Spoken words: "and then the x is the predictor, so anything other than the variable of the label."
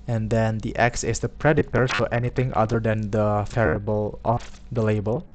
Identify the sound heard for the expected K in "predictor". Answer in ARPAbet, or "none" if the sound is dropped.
none